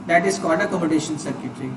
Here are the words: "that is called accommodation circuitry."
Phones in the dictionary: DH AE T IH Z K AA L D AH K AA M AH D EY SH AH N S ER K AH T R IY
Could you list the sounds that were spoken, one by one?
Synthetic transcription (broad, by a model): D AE T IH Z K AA N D AH K AA M AH D EY SH AH N S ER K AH T R IY